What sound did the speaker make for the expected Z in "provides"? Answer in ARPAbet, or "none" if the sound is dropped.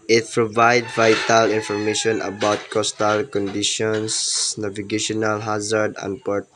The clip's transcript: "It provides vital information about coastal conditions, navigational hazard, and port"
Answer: none